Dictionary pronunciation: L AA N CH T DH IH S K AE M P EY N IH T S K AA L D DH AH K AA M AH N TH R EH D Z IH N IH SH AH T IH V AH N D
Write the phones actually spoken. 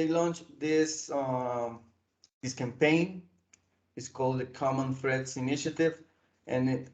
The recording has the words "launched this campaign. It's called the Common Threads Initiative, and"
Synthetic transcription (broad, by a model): L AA N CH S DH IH S K AE M P EY N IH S K AA L D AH K AA M AH N F R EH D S IH N IH SH AH T IH V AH N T